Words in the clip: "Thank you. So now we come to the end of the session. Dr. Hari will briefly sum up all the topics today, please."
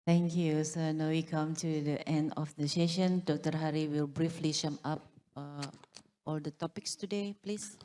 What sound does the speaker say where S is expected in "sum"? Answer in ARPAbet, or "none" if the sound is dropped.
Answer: SH